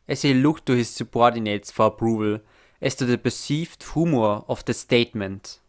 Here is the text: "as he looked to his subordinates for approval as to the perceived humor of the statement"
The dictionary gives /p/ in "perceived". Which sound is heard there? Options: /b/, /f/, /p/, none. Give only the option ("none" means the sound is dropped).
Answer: /b/